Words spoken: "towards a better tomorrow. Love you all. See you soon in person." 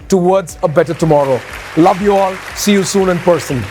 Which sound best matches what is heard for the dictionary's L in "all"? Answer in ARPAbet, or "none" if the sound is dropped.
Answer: L